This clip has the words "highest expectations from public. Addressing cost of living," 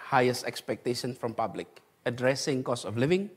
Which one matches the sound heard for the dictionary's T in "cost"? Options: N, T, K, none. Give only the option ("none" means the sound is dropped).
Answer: none